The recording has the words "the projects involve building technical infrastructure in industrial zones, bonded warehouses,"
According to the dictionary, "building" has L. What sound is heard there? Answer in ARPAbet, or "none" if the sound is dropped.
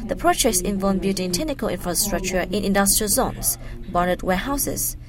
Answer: none